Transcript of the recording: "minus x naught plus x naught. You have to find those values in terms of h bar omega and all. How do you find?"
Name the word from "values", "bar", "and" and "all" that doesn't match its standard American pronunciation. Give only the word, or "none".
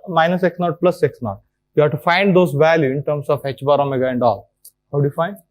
values